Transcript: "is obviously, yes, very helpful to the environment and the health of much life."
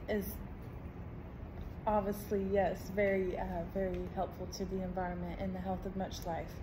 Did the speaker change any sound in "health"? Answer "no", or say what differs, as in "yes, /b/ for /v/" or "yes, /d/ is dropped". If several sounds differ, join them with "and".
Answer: no